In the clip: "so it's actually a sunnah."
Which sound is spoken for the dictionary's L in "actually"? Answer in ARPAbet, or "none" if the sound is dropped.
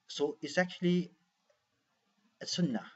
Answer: L